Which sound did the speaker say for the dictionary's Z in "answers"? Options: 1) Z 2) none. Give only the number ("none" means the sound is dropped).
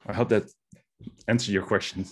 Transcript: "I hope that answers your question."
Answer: 2